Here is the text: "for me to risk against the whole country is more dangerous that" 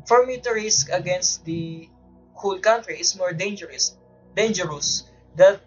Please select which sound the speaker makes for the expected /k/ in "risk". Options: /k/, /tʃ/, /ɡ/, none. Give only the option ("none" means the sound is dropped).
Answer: /k/